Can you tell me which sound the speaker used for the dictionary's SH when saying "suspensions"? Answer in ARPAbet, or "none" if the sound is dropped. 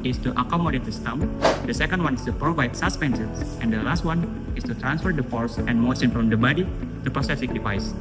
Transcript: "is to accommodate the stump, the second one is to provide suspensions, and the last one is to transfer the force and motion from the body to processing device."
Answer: S